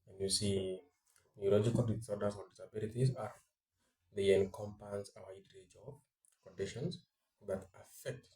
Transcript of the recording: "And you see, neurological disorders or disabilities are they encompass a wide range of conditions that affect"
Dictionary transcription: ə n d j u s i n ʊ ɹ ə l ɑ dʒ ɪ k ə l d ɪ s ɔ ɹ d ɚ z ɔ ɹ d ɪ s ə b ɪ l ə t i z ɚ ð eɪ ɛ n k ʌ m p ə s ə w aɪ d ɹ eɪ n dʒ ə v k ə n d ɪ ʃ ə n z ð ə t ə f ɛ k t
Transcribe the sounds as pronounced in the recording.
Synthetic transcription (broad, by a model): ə n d j u s i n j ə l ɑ dʒ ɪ k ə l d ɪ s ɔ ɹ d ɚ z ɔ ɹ d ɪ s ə b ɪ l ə t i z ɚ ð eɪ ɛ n k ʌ m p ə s ə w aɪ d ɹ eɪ dʒ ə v k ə n d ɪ ʃ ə n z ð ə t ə f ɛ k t